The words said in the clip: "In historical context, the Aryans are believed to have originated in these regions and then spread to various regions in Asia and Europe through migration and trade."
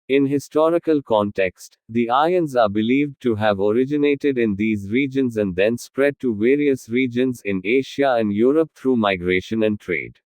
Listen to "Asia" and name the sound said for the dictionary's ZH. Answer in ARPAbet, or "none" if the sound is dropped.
SH